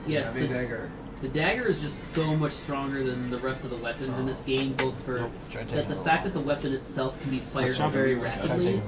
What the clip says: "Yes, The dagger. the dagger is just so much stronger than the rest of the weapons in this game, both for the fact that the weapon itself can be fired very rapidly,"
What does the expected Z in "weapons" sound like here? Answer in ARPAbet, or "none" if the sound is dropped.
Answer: Z